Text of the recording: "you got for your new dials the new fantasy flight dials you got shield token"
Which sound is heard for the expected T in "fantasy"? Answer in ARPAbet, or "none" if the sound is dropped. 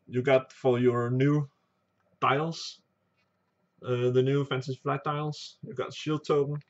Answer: S